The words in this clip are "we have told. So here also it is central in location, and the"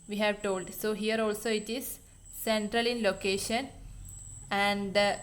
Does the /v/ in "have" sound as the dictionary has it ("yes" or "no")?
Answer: yes